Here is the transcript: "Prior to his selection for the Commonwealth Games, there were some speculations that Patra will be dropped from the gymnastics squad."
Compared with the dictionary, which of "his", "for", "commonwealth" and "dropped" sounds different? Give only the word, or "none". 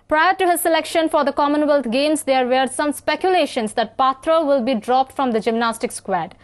commonwealth